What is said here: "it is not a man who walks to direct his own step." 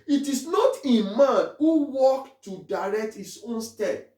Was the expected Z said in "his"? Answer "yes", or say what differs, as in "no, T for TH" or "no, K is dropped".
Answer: no, S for Z